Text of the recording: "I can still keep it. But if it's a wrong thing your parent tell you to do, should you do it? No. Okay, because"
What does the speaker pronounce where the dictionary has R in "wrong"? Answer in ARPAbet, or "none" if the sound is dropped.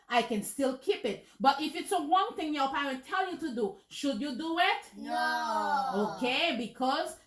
W